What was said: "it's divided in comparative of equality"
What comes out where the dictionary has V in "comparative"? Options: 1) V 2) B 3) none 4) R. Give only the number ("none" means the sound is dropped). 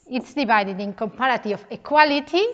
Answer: 3